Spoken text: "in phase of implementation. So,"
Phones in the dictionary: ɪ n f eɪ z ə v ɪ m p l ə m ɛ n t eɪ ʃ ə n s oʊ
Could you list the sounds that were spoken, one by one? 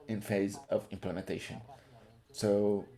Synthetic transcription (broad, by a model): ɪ n f eɪ z ə v ɪ m p l ə m ɛ n t eɪ ʃ ə n s oʊ